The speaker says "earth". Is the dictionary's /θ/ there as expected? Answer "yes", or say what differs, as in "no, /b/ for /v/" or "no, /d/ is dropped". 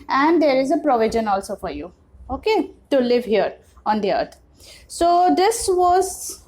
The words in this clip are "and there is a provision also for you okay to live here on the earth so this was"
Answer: no, /t/ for /θ/